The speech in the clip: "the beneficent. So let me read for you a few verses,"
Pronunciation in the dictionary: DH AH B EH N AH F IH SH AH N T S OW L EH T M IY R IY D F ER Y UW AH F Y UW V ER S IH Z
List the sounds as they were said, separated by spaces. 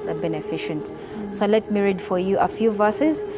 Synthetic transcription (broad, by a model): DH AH B EH N AH F IH SH AH N T S OW L EH T M IY R IY D F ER Y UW AH F Y UW V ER S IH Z